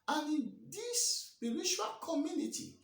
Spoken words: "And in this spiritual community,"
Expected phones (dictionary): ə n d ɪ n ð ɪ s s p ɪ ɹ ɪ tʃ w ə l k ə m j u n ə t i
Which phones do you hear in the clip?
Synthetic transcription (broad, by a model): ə n ɪ n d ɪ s s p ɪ l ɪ ʃ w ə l k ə m j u n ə t i